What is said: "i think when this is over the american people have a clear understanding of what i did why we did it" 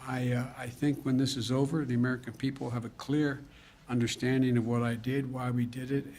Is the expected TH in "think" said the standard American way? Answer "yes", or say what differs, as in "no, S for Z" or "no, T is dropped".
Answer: yes